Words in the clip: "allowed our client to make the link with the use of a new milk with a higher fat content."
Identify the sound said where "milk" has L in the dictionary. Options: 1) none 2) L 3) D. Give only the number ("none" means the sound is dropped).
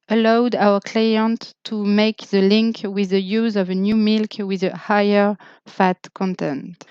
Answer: 2